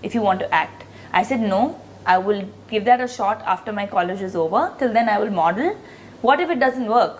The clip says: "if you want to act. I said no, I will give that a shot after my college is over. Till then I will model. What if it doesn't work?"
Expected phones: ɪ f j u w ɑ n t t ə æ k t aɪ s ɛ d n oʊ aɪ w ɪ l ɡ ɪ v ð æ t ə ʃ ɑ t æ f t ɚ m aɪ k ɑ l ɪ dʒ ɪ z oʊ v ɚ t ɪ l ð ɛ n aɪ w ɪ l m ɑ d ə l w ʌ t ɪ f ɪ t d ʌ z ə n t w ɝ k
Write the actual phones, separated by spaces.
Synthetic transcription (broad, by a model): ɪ f j u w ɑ n t t æ k t aɪ s ɛ d n oʊ aɪ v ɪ l ɡ ɪ v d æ t ə ʃ ɑ t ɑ f t ɚ m aɪ k ɑ l ɪ dʒ ɪ z oʊ v ɚ t ɪ l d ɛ n aɪ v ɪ l m ɑ d ə l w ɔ t ɪ f ɪ t d ʌ z ə n t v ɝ k